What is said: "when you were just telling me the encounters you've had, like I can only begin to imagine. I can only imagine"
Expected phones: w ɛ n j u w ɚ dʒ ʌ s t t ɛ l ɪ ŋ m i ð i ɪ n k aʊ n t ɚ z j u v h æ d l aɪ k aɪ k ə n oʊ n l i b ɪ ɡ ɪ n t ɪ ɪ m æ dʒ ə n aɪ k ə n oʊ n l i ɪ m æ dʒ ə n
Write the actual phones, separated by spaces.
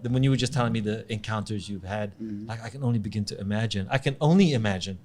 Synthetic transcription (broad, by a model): w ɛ n j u w ɚ dʒ ʌ s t t ɛ l ɪ ŋ m i ð i ɪ n k aʊ n t ɚ z j u v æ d l aɪ k aɪ k ə n oʊ n l i b ɪ ɡ ɪ n t ɪ ɪ m æ dʒ ə n aɪ k ə n oʊ n l i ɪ m æ dʒ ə n